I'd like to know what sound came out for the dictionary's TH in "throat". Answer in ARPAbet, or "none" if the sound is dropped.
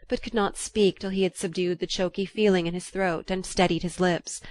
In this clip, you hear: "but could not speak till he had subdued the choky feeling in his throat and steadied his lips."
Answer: TH